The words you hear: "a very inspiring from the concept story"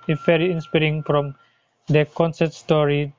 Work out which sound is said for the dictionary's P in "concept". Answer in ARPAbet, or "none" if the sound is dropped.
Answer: none